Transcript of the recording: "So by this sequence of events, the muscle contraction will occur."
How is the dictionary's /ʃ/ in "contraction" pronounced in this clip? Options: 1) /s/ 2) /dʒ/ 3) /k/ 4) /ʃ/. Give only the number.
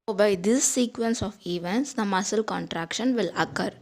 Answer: 4